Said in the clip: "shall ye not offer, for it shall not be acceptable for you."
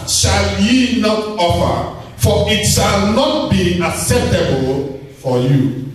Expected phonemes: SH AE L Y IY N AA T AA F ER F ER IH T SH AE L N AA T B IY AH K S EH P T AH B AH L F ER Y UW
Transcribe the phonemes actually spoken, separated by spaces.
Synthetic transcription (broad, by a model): SH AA L Y IY N AA T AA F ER F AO IH T SH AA L N AA T B IY AH K S EH P T AH B AH L F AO Y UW